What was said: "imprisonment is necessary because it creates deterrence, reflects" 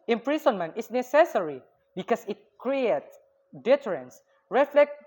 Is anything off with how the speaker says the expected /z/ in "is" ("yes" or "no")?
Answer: yes